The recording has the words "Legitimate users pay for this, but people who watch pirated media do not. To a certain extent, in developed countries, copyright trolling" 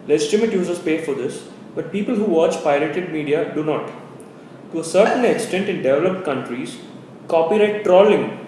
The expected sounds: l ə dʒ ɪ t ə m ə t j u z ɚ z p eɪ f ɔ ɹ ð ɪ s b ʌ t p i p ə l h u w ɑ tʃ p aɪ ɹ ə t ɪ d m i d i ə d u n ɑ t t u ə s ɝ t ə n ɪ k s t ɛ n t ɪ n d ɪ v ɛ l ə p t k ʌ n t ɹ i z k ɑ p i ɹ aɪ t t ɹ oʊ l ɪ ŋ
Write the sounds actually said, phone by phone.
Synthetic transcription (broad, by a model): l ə dʒ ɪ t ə m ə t j u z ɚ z p eɪ f ɔ ɹ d ɪ s b ʌ t p i p ə l h u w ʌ tʃ p aɪ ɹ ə t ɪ d m i d i ə d u n ɑ t t u ə s ɝ t ə n ɪ k s t ɛ n t ɪ n d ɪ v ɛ l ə p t k ʌ n t ɹ i z k ɑ p i ɹ aɪ t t ɹ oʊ l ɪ ŋ